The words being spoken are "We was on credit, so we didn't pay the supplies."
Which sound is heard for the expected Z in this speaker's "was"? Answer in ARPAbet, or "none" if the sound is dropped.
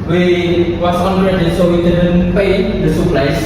S